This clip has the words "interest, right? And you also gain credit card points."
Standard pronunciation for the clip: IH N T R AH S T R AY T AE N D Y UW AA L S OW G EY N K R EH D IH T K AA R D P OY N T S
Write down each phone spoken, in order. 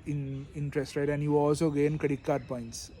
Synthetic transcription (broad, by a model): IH N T R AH S T R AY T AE N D Y UW AA L S OW G EY N K AH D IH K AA R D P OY N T S